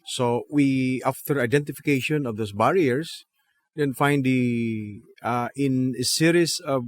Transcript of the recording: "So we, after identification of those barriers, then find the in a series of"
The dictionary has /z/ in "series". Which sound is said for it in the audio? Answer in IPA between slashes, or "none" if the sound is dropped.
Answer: /s/